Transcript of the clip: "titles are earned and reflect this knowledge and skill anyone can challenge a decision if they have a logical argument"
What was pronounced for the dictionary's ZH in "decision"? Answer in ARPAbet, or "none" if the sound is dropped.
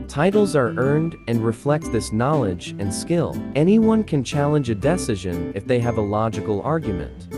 ZH